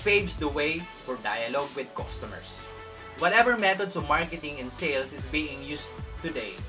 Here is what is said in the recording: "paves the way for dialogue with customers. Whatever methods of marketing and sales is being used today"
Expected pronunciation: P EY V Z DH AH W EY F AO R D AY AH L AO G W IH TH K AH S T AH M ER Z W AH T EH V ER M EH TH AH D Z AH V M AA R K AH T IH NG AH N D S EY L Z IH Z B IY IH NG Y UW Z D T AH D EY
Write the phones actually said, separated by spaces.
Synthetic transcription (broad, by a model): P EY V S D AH W EY F AO R D AY AH L AO G W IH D K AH S T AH M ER S W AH T EH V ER M EH T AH D S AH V M AA R K AH T IH NG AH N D S EY L S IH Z B IY IH NG Y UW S T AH D EY